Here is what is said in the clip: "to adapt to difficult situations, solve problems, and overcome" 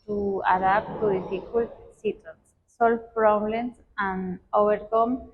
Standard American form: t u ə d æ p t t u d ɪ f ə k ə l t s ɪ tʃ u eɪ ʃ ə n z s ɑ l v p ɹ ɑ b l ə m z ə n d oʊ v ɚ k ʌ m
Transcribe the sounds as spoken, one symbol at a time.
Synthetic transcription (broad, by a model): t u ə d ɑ p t t u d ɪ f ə k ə l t s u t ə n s s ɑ l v p ɹ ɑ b l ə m s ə n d oʊ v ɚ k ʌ m